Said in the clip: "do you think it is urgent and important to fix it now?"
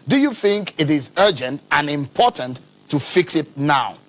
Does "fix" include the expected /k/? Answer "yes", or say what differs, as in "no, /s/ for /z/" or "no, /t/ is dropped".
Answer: yes